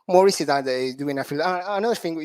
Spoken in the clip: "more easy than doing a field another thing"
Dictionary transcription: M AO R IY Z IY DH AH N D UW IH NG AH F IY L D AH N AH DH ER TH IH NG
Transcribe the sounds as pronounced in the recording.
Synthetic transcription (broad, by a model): M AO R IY S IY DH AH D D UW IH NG AH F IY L AH N AH DH ER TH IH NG